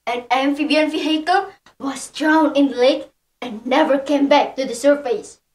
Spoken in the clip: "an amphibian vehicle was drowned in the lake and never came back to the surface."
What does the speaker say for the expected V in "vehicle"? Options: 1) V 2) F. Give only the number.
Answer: 2